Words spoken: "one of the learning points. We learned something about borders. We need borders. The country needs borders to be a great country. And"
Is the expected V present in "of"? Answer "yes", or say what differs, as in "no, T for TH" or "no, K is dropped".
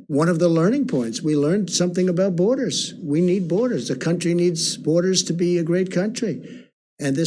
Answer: yes